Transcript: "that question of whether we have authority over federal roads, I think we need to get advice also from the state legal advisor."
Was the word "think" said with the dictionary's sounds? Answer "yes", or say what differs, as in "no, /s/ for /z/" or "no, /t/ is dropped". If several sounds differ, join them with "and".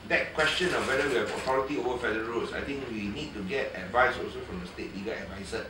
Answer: no, /t/ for /θ/